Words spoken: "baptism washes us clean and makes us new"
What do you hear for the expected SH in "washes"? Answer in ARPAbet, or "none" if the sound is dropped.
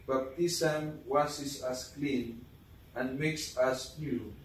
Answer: S